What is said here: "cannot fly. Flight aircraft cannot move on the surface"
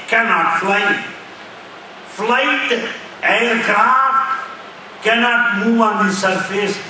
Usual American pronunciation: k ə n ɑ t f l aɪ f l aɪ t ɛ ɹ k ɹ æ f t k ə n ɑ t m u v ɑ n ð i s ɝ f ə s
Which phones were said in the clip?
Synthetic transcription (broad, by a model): k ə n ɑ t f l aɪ f l aɪ t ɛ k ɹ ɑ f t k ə n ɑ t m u ɑ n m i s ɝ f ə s